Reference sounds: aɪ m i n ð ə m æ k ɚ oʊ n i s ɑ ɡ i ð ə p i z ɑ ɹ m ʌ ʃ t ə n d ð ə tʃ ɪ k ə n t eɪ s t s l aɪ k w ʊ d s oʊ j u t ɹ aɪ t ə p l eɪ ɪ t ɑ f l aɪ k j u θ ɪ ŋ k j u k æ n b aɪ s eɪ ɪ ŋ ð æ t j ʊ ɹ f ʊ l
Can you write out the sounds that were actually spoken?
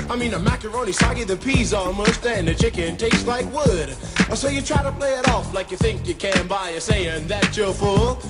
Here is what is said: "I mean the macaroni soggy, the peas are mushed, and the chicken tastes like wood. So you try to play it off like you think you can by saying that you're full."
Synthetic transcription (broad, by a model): aɪ m i n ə m æ k ɚ oʊ n i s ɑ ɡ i ð ə p i z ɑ l m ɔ s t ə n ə tʃ ɪ k ə n t eɪ s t l aɪ k w ʊ d s oʊ j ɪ t ɹ aɪ t ə p l eɪ ɪ t ɑ f l aɪ k j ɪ θ ɪ ŋ k j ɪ k æ n b aɪ s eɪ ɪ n ð æ t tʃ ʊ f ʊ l